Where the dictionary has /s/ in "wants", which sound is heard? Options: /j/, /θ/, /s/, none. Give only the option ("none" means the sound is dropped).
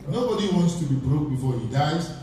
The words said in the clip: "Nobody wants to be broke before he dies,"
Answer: /s/